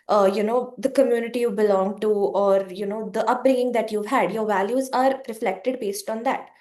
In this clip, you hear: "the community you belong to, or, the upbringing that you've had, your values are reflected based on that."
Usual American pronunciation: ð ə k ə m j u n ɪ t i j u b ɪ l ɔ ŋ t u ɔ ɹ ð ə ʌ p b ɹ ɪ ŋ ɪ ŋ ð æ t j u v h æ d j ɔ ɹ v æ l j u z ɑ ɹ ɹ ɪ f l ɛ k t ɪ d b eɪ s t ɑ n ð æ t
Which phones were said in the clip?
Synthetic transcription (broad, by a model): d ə k ə m j u n ɪ t i j u b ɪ l ɔ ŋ t u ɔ ɹ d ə ʌ p b ɹ ɪ ŋ ɪ ŋ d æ t j u v h æ d j ɔ ɹ v æ l j u z ɑ ɹ ɹ ɪ f l ɛ k t ɪ d b eɪ s t ɑ n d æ t